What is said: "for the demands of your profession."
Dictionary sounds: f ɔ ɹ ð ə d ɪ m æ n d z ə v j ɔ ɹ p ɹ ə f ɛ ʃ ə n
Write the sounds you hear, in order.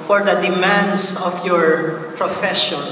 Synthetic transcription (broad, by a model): f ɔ ɹ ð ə d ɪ m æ n d s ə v j ɔ ɹ p ɹ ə f ɛ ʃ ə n